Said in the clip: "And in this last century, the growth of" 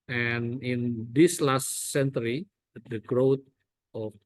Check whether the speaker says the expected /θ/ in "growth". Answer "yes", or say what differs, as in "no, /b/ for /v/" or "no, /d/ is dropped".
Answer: no, /t/ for /θ/